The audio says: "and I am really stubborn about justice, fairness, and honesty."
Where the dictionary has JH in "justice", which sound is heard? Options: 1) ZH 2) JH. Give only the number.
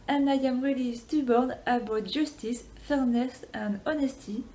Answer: 1